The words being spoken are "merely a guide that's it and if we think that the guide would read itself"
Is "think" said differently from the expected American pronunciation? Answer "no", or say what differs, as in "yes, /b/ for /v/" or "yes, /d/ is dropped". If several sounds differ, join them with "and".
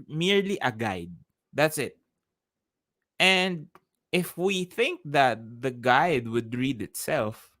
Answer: no